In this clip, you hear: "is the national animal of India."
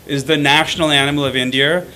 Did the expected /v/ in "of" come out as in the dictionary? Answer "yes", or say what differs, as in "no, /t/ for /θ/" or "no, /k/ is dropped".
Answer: yes